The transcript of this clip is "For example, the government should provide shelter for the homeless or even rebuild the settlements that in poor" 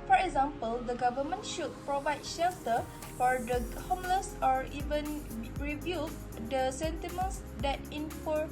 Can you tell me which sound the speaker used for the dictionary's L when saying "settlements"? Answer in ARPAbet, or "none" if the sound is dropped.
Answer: none